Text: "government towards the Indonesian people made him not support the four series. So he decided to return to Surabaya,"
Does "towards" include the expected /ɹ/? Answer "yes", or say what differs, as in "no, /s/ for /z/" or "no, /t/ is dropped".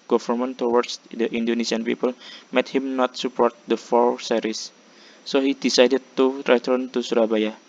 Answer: no, /w/ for /ɹ/